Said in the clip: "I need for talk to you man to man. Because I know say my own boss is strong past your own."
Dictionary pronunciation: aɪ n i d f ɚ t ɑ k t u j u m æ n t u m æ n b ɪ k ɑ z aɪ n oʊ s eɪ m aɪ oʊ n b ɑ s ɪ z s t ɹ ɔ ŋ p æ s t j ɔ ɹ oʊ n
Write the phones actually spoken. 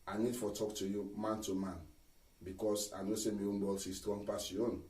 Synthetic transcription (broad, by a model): aɪ n i d f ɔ t ɑ k t u j u m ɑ n t u m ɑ n b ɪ k ɑ s aɪ n oʊ s eɪ m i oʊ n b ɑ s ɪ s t w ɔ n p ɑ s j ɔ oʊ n